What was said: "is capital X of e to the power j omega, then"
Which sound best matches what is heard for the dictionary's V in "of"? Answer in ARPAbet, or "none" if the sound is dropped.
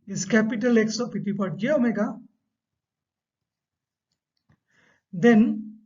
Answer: P